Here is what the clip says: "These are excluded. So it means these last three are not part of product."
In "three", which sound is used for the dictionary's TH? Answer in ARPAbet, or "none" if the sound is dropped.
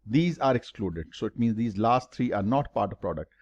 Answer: T